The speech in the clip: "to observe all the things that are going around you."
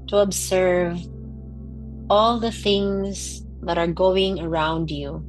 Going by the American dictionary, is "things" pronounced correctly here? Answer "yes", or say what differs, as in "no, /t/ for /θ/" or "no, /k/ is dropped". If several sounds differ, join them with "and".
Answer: yes